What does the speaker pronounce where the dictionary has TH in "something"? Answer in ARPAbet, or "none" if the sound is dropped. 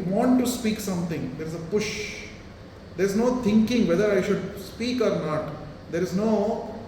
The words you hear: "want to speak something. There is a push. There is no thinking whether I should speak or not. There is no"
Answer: T